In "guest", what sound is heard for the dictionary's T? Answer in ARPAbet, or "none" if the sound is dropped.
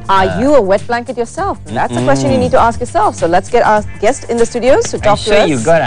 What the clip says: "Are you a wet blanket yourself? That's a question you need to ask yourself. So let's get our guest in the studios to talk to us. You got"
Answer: T